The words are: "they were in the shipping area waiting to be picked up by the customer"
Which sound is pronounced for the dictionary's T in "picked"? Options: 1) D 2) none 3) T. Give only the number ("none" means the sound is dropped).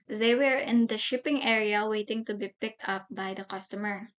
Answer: 3